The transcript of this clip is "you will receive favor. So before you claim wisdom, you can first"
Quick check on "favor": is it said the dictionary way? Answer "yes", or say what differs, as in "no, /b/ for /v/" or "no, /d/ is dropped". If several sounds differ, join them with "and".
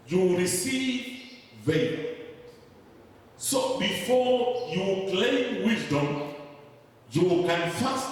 no, /v/ is dropped